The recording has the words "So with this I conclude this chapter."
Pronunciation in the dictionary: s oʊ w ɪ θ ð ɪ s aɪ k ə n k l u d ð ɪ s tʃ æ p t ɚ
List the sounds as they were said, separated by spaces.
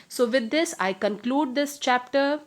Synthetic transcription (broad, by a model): s oʊ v ɪ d ɪ s aɪ k ə n k l u d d ɪ s tʃ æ p t ɚ